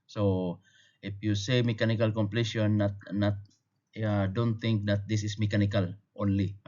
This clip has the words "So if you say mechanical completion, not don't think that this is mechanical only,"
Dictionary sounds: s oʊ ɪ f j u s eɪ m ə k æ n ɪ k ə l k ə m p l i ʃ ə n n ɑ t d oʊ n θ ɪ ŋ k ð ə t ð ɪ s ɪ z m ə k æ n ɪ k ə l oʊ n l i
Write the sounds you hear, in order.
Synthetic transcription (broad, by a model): s oʊ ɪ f j u s eɪ m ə k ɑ n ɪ k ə l k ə m p l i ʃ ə n n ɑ t d oʊ n t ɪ ŋ k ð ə t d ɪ s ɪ s m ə k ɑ n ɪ k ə l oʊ n l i